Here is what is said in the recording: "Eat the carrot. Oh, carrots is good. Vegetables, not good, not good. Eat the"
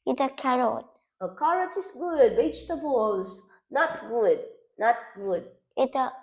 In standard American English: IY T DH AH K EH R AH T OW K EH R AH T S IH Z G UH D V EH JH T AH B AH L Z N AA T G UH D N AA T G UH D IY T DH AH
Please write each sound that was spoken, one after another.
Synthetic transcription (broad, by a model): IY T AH K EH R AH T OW K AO R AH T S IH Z G UH D B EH CH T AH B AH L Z N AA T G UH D N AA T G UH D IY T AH